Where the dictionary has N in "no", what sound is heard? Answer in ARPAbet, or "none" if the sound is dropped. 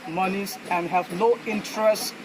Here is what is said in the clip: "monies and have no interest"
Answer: L